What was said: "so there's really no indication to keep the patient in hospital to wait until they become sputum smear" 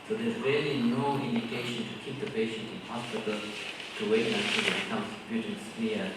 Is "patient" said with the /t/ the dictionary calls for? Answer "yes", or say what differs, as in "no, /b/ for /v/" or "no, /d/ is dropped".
yes